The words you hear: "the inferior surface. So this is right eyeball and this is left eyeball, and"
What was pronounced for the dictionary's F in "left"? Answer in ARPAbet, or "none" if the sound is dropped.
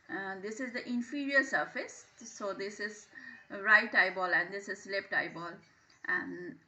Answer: P